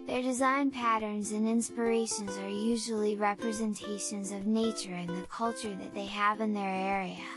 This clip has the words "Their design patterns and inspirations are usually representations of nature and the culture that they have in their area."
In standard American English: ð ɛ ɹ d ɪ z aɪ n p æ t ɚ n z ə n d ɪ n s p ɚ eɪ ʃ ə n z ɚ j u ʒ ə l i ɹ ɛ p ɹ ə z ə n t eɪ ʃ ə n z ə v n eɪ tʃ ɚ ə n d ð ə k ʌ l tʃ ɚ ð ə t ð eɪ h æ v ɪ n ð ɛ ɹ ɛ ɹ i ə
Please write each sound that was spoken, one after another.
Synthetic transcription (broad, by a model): ð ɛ ɹ d ɪ z aɪ n p æ t ɚ n z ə n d ɪ n s p ɚ eɪ ʃ ə n z ɚ j u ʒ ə l i ɹ ɛ p ɹ ə z ə n t eɪ ʃ ə n z ə v n eɪ tʃ ɚ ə n ð ə k ʌ l tʃ ɚ ð ə t ð eɪ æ v ɪ n ð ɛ ɹ ɛ ɹ i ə